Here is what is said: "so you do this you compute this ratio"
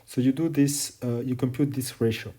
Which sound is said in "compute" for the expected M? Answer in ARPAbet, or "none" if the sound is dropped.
M